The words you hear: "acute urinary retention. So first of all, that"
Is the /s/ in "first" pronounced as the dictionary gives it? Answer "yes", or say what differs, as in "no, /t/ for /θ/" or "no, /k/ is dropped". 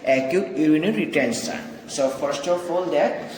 yes